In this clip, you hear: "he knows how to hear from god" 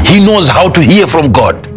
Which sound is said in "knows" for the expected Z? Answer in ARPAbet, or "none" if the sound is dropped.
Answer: Z